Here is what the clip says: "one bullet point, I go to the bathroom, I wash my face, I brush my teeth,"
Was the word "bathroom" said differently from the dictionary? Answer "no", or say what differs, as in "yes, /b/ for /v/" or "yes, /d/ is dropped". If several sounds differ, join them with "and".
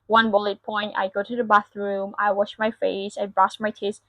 no